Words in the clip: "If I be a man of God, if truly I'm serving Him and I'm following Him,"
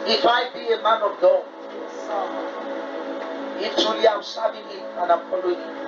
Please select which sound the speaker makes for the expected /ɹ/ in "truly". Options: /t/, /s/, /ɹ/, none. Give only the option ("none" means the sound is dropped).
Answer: none